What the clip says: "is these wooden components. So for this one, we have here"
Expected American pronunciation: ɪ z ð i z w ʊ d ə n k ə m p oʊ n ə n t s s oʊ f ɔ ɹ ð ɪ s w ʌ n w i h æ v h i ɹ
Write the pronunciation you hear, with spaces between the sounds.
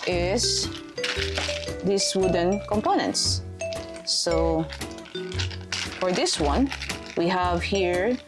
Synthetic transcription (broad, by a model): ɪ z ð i s w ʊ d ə n k ə m p oʊ n ə n t s s oʊ f ɔ ɹ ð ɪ s w ʌ n w i h æ v h i ɹ